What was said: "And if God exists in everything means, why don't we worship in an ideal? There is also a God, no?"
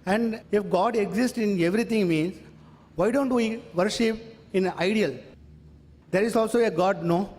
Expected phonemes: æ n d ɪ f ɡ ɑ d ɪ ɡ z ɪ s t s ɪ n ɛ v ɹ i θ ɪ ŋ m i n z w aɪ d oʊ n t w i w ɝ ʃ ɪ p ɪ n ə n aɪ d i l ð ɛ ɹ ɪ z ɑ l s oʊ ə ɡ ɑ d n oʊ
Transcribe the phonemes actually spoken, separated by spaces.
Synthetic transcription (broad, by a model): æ n d ɪ f ɡ ɑ d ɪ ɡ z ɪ s t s ɪ n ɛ v ɹ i t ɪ ŋ m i n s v aɪ d oʊ n t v i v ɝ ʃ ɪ p ɪ n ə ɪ d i l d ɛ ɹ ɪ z ɑ l s oʊ ə ɡ ɑ d n oʊ